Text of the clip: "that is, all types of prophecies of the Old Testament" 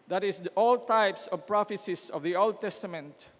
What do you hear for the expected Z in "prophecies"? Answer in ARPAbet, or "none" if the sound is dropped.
S